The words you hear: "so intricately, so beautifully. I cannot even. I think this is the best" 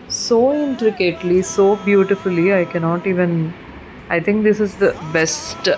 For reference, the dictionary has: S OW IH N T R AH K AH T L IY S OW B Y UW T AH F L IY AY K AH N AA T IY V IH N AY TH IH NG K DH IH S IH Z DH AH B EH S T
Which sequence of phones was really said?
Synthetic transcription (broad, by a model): S OW IH N T R AH K AH T L IY S OW B Y UW T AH F L IY AY K AH N AA T IY V IH N AY T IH NG K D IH S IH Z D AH B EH S T